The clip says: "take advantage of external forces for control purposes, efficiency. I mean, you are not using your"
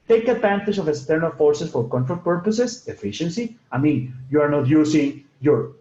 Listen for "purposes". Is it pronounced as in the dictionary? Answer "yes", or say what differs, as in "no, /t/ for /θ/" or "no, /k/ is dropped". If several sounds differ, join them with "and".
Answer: no, /s/ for /z/